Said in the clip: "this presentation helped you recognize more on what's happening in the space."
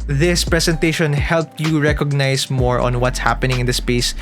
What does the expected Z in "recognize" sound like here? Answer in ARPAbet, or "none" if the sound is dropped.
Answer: S